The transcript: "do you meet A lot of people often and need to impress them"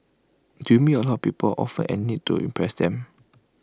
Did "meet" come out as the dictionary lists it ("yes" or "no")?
no